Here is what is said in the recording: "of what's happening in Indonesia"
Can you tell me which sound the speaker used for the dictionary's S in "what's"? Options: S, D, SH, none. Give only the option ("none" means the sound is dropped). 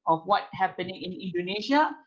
none